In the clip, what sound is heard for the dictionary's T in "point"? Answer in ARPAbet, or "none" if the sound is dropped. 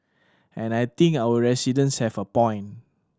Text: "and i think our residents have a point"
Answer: none